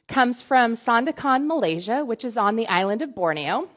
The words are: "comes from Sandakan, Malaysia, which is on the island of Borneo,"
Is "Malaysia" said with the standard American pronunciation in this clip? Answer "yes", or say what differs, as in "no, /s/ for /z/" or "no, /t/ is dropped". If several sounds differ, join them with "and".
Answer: yes